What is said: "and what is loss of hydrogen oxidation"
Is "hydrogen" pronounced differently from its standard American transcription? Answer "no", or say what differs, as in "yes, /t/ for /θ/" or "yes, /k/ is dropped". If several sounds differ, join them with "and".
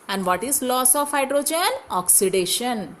no